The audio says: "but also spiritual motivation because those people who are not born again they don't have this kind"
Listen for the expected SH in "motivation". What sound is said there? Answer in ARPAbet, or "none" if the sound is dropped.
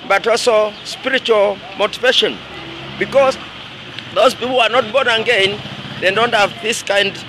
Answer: SH